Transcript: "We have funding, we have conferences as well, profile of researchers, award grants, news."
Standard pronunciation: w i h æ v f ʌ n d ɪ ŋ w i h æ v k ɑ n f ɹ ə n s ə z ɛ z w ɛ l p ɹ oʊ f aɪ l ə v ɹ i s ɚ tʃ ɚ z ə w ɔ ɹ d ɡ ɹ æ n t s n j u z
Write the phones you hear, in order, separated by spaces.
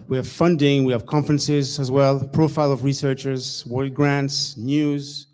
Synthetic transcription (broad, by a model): w i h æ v f ʌ n d ɪ ŋ w i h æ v k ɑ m f ɹ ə n s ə z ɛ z w ɛ l p ɹ oʊ f aɪ l ə v ɹ i s ɚ tʃ ɚ z w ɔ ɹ ɡ ɹ æ n t s n j u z